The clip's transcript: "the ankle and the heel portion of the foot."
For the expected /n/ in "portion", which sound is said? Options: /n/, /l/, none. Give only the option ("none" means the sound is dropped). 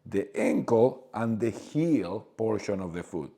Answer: /n/